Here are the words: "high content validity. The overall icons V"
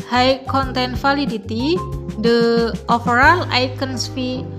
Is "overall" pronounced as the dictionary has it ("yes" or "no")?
no